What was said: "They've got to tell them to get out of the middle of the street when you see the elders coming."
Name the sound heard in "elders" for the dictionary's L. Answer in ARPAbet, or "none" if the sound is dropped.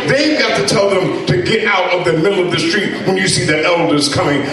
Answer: L